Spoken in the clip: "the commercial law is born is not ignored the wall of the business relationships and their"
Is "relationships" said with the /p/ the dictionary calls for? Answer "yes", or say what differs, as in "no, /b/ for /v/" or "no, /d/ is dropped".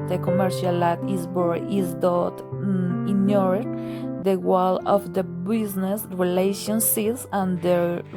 no, /p/ is dropped